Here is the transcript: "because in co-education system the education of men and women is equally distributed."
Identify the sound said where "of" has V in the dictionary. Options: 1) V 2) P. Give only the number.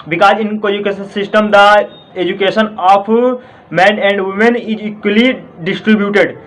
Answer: 2